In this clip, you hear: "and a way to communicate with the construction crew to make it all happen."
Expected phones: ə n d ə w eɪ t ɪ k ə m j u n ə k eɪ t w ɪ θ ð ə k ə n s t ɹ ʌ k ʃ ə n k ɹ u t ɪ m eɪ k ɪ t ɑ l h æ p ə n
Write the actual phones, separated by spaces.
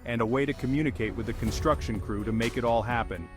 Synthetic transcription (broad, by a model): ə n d ə w eɪ t ɪ k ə m j u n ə k eɪ t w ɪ ð ə k ə n s t ɹ ʌ k ʃ ə n k ɹ u t ɪ m eɪ k ɪ t ɑ l h æ p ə n